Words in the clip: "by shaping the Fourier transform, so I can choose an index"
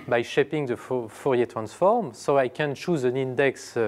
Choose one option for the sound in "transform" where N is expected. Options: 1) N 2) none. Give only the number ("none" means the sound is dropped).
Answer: 1